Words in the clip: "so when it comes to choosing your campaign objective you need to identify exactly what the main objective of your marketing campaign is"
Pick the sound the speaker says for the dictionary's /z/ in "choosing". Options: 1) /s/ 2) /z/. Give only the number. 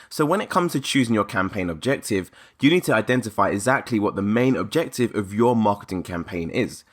2